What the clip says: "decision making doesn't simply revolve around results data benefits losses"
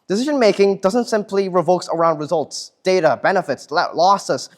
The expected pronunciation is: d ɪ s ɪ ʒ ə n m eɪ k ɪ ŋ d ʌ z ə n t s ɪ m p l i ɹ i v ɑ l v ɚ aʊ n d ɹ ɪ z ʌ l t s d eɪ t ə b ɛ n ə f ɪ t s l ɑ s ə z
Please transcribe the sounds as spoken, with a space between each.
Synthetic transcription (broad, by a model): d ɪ s ɪ ʒ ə n m eɪ k ɪ ŋ d ʌ z ə n t s ɪ m p l i ɹ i v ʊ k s ɚ aʊ n d ɹ ɪ z ʌ l t s d eɪ t ə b ɛ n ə f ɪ t s l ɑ s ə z